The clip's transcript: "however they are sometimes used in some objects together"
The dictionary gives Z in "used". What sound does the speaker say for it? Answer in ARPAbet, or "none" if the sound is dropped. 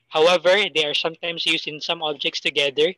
S